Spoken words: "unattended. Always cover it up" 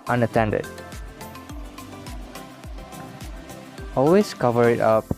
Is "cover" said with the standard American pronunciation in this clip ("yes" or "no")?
yes